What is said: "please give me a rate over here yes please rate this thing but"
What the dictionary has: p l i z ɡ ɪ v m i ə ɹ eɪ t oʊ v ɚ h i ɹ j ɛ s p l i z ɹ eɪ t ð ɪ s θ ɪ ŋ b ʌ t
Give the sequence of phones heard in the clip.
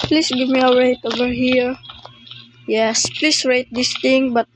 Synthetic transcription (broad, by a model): p l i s ɡ ɪ v m i ə ɹ eɪ t oʊ v ɚ h i ɹ j ɛ s p l i s ɹ eɪ t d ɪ s t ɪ ŋ b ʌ t